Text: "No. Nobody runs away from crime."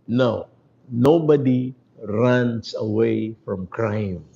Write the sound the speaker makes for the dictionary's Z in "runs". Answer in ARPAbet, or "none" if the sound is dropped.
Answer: S